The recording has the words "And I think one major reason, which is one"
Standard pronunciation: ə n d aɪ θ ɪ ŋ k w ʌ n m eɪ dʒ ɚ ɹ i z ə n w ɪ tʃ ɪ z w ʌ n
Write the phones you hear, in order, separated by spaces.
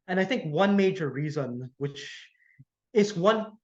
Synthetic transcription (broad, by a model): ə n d aɪ θ ɪ ŋ k w ʌ n m eɪ dʒ ɚ ɹ i z ə n w ɪ tʃ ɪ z w ʌ n